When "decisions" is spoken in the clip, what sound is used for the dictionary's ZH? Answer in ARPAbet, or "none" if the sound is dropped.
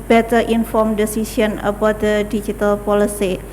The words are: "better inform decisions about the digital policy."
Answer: S